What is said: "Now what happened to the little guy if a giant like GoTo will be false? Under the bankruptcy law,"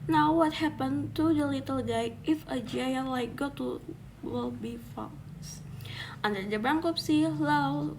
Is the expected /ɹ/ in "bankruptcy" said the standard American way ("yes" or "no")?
no